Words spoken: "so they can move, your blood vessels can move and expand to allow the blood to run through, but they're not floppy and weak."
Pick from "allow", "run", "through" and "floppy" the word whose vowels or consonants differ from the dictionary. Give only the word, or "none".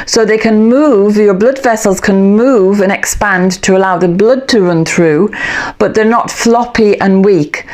none